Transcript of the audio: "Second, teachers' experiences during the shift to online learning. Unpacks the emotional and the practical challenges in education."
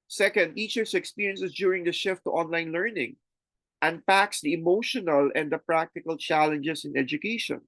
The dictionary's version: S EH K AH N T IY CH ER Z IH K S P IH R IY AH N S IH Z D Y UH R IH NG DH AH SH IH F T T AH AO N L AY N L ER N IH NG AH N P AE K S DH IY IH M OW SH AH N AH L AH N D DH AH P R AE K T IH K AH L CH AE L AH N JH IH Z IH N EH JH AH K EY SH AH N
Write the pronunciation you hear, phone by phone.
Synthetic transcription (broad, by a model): S EH K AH N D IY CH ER S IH K S P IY R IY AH N S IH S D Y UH R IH NG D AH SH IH F T T AO N L AY N L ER N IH NG AH N P AE K S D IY IH M OW SH AH N AH L AH N D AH P R AE K T IH K AH L CH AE L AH N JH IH S IH N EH JH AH K EY SH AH N